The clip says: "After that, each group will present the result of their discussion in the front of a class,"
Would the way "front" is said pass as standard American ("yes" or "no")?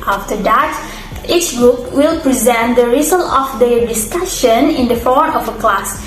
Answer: no